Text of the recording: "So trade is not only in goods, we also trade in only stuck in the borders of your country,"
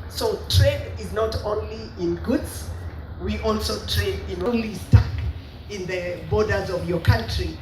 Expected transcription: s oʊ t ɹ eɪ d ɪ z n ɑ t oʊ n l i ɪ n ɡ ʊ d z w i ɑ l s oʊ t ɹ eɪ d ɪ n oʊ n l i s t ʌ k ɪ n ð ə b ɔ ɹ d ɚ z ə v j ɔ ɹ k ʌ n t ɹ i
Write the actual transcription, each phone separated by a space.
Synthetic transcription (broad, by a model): s oʊ t ɹ eɪ d ɪ z n ɑ t oʊ n l i ɪ n ɡ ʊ d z w i ɑ l s oʊ t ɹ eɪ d ɪ n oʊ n l i s t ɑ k ɪ n ð ə b ɔ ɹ d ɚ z ə v j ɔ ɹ k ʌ n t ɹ i